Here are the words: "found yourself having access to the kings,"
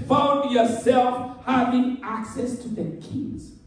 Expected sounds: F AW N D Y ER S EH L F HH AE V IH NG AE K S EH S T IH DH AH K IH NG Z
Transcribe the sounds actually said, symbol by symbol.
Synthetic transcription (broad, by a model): F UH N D Y ER S EH L F HH AE V IH NG AE K S EH S T IH DH AH K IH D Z